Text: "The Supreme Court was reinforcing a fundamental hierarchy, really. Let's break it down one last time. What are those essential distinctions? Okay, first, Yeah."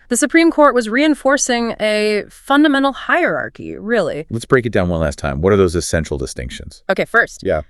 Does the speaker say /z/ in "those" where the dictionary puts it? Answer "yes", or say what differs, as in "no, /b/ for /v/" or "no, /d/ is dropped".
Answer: yes